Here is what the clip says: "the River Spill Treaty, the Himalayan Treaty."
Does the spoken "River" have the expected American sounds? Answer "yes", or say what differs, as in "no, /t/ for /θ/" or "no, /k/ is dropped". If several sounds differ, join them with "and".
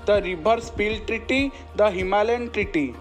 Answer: no, /b/ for /v/